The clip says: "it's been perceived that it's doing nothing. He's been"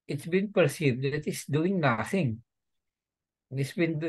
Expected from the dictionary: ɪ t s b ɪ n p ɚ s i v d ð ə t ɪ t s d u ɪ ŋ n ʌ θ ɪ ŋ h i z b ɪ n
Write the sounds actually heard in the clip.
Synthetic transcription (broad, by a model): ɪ t s b ɪ n p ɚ s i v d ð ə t ɪ t s d u ɪ ŋ n ʌ θ ɪ ŋ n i s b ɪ n